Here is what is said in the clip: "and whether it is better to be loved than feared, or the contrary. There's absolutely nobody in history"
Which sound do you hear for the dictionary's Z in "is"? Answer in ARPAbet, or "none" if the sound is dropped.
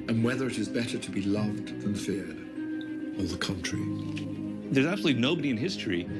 Z